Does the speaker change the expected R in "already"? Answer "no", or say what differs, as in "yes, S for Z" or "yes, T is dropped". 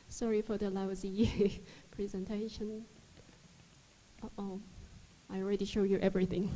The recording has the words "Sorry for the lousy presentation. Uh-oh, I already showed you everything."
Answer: no